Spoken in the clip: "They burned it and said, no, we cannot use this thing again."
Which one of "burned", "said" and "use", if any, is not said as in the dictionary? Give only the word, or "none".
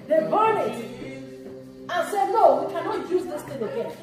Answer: burned